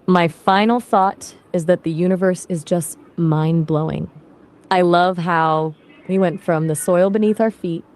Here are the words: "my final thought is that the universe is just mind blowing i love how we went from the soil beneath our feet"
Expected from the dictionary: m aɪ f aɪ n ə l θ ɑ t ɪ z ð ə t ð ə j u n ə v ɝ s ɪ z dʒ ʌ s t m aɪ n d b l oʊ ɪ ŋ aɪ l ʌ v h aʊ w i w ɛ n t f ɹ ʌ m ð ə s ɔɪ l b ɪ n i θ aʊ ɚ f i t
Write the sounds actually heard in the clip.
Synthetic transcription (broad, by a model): m aɪ f aɪ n l θ ɑ t ɪ z ð ə t ð ə j u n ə v ɝ s ɪ z dʒ ʌ s t m aɪ n b l oʊ ɪ ŋ aɪ l ʌ v h aʊ w i w ɛ n t f ɹ ʌ m ð ə s ɔɪ l b ɪ n i θ aʊ ɚ f i t